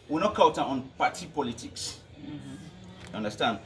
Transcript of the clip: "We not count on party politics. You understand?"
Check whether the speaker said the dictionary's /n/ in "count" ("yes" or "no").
no